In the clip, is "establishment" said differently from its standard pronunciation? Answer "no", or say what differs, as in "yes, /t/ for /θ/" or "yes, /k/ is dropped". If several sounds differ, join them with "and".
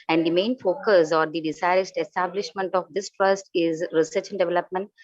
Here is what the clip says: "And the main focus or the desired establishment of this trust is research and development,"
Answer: no